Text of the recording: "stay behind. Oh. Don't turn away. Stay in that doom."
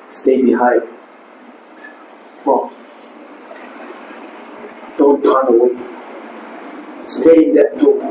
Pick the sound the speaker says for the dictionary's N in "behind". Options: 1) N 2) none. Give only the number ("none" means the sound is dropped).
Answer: 2